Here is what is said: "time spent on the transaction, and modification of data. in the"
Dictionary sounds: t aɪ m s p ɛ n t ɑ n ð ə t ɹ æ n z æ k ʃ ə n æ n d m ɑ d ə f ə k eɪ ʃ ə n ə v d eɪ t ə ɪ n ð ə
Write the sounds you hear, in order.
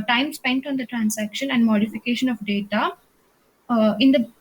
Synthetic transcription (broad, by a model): t aɪ m s p ɛ n t ɑ n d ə t ɹ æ n s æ k ʃ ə n æ n d m ɑ d ə f ə k eɪ ʃ ə n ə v d eɪ t ə ɪ n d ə